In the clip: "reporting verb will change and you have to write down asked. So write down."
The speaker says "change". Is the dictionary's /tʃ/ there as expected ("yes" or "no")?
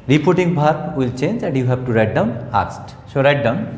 yes